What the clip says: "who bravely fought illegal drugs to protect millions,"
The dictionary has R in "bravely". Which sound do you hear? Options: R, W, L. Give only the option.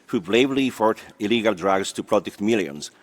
L